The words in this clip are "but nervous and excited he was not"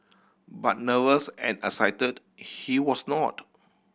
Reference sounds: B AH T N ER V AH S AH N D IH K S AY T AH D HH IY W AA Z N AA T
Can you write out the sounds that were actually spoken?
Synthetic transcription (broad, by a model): B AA T N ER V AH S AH N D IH S AY T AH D HH IY W AA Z N AA T